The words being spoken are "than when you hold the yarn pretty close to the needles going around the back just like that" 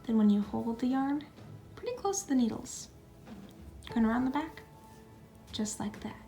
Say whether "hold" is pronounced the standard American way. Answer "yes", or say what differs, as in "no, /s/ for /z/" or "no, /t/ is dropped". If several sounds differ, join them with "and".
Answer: yes